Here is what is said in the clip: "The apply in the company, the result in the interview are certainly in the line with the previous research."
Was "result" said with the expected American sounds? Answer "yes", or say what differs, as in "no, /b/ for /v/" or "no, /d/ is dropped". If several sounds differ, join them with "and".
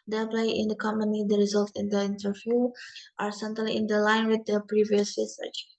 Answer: yes